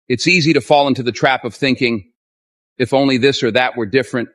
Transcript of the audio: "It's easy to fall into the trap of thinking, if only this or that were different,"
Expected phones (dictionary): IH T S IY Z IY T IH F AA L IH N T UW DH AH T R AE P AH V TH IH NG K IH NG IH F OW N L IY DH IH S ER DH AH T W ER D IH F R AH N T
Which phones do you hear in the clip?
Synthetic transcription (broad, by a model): IH T S IY Z IY T IH F AA L IH N T UW DH AH T R AE P AH V TH IH NG K IH NG IH F OW N L IY DH IH S ER DH AH T W ER D IH F R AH N T